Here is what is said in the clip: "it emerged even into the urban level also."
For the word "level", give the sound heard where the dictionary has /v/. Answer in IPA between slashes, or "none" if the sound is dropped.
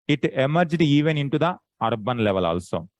/v/